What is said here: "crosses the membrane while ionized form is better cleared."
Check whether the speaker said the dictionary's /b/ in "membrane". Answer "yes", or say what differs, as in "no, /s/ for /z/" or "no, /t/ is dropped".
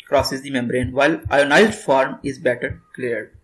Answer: yes